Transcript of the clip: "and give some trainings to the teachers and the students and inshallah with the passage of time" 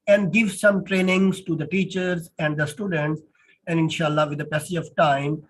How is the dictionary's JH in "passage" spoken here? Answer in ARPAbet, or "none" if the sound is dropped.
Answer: none